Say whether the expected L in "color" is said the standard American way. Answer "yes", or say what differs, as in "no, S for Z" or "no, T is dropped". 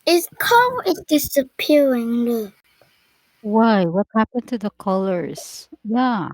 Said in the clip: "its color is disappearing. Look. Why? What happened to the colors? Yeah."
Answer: no, L is dropped